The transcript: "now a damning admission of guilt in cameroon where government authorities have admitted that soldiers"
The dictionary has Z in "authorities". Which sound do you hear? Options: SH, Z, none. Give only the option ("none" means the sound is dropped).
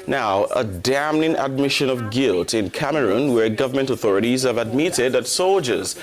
Z